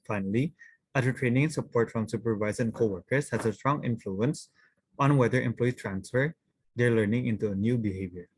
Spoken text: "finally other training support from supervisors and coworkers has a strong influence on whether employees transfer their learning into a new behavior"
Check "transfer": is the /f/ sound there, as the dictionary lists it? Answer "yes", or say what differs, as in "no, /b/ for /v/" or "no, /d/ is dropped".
yes